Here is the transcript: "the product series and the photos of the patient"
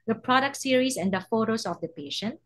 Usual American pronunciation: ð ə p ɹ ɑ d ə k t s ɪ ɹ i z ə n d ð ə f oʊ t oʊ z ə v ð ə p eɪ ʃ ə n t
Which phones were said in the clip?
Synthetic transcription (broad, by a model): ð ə p ɹ ɑ d ə k t s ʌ ɹ i s ə n d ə f oʊ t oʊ s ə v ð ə p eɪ ʃ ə n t